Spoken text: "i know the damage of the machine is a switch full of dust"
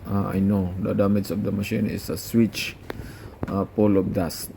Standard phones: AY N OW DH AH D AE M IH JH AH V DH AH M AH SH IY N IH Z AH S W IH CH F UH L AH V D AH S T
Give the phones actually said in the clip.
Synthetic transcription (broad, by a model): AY N OW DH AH D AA M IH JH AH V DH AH M AH SH IY N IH S AH S W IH CH P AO L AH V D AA S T